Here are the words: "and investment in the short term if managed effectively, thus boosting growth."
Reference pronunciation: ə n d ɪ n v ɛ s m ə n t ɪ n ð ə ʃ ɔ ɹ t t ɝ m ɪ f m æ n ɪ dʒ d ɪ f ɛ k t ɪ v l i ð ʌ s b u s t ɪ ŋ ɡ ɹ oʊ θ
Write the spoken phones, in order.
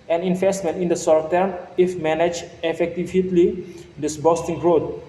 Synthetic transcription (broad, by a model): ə n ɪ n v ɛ s m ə n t ɪ n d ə s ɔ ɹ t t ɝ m ɪ f m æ n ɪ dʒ ɪ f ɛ k t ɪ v l i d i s b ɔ s t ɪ ŋ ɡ ɹ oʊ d